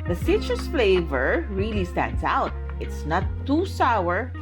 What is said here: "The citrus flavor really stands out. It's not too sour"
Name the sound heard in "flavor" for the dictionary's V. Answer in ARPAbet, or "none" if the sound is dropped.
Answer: V